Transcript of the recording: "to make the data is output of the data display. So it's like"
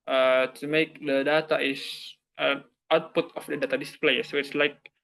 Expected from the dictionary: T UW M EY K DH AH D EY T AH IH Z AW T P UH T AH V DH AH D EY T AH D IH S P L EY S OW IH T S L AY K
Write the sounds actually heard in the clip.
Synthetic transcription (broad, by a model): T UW M EY K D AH D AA T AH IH S AW T P UH T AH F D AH D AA T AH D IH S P L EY S OW IH T S L AY K